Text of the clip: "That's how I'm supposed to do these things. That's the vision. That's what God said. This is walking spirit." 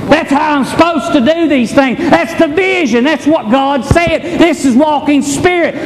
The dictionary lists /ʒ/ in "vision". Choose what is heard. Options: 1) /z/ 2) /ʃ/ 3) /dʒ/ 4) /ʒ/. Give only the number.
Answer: 4